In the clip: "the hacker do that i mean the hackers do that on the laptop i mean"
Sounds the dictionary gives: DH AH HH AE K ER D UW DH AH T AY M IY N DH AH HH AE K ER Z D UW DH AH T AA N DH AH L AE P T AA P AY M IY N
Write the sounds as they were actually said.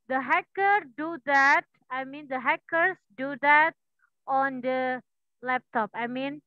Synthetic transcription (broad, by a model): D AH HH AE K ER D UW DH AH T AY M IY N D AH HH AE K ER S D UW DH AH T AA N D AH L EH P T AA P AY M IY N